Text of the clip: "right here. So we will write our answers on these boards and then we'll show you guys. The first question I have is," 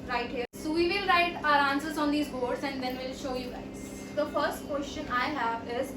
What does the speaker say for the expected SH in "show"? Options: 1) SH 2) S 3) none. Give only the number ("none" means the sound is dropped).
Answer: 1